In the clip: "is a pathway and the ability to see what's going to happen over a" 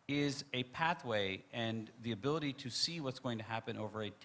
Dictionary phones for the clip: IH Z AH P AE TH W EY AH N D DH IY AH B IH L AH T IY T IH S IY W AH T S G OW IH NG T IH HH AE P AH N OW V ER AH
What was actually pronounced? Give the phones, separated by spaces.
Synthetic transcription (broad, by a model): IH Z AH P AE TH W EY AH N DH IY AH B IH L AH T IY T IH S IY W AH T S G OW IH NG T IH HH AE P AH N OW V ER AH